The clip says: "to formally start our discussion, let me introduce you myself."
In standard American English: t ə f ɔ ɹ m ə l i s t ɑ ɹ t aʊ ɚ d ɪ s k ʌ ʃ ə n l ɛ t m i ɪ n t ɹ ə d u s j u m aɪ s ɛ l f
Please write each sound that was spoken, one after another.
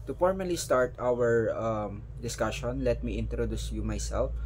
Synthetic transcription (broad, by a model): t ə f ɔ ɹ m ə l i s t ɑ ɹ t aʊ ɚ d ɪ s k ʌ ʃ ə n l ɛ t m i ɪ n t ɹ ə d u s j u m aɪ s ɛ l f